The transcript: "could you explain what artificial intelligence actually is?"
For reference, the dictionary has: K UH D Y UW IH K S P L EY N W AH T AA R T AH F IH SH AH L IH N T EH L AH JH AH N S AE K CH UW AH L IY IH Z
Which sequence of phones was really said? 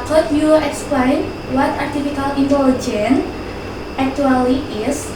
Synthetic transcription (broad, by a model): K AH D Y UW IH K S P L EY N W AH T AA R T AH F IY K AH L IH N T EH L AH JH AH N AE K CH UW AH L IY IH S